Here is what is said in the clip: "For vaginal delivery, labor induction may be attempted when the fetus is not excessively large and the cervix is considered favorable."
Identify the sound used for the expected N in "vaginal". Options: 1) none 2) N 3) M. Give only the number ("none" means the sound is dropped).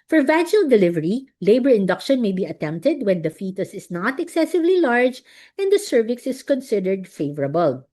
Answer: 1